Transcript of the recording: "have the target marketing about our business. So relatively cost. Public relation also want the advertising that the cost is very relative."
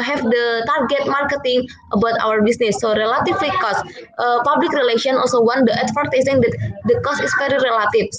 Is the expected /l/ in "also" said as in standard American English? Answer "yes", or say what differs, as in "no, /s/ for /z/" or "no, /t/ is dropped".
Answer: yes